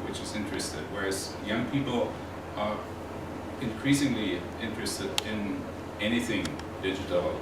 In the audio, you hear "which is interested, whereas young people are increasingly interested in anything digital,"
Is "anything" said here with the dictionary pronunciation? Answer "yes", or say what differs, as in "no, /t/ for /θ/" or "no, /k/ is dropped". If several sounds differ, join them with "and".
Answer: yes